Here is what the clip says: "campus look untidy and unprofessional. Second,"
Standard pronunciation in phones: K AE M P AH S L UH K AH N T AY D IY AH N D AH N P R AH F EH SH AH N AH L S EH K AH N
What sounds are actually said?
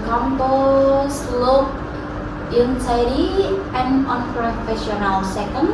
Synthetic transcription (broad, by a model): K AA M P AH S L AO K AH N S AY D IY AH N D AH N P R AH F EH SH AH N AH L S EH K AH N